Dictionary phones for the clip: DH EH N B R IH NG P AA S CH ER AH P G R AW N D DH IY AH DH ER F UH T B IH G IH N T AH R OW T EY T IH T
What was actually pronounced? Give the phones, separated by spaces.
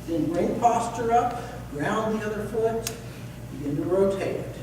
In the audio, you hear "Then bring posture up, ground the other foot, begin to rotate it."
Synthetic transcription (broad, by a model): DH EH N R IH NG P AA S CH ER AH P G R AW N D DH IY AH DH ER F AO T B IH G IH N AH R OW T EY T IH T